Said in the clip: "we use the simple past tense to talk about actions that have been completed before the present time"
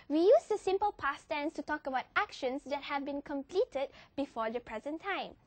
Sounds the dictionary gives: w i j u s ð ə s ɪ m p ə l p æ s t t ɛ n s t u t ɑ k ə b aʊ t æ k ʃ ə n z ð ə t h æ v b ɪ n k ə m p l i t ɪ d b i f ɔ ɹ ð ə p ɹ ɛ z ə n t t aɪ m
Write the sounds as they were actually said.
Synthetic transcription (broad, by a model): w i j u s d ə s ɪ m p ə l p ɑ s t t ɛ n s t u t ɑ k ə b aʊ t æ k ʃ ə n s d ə t h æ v b ɪ n k ə m p l i t ɪ d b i f ɔ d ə p ɹ ɛ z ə n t t aɪ m